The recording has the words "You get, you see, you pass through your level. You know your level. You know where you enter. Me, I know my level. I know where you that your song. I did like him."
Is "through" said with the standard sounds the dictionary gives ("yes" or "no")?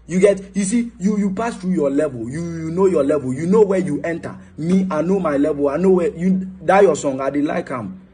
no